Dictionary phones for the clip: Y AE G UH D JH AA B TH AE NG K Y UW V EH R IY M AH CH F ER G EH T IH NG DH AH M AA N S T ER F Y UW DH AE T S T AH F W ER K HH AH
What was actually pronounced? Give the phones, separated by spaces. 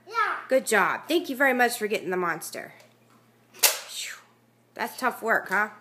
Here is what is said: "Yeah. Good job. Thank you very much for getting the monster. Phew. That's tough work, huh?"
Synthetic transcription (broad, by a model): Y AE G UH D JH AA B TH AE NG K Y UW V EH R IY M AH CH F ER G EH T IH NG DH AH M AA N S T ER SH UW DH AE T S T AH F W ER K HH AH